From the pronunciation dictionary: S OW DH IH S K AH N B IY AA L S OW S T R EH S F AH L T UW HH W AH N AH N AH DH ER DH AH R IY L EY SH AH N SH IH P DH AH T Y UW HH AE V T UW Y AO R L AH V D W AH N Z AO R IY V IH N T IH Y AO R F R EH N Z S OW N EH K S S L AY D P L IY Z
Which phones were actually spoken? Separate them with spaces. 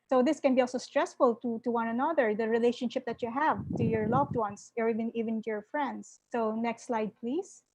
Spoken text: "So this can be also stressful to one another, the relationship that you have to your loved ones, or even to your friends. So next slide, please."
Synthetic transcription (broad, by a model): S OW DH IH S K AH N B IY AA L S OW S T R EH S F AH L T UW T W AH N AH N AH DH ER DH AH R IY L EY SH AH N SH IH P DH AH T Y UW HH AE V T UW Y AO R L AH V D W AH N S AO R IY V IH N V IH Y AO R F R EH N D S OW N EH K S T L AY D P L IY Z